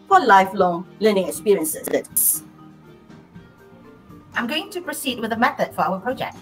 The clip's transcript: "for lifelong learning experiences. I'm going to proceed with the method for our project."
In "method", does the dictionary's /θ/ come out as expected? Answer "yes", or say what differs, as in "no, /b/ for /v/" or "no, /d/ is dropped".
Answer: yes